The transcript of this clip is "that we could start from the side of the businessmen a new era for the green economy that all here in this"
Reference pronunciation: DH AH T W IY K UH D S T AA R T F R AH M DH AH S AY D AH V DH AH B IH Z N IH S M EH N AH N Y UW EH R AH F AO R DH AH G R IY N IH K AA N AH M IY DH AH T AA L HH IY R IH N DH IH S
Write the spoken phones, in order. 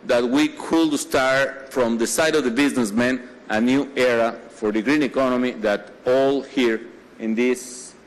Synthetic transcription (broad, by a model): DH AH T W IY K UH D S T AA R T F R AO M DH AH S AY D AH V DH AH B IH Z N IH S M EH N AH N Y UW EH R AH F AO R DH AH G R IY N IH K AA N AH M IY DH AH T AA L HH IY R IH N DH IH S